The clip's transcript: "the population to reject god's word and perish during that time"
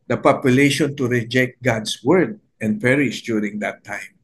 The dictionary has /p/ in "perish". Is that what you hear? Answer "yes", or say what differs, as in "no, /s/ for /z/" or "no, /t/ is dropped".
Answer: yes